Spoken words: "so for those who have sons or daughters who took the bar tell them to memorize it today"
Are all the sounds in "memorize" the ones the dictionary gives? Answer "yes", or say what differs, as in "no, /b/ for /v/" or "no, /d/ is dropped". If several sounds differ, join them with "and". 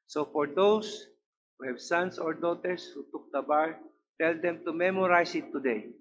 no, /s/ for /z/